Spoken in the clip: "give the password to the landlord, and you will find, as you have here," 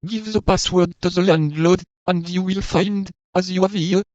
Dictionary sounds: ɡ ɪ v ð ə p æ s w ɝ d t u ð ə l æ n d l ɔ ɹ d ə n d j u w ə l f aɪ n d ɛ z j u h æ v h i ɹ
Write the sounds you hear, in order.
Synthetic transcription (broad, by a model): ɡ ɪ v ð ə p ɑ s w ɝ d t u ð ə l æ n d l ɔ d ə n d j u w ə l f aɪ n d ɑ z j u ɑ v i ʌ